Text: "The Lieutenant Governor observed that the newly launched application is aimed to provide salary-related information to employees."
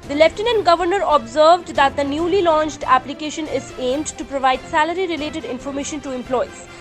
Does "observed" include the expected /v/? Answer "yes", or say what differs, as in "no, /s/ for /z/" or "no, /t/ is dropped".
yes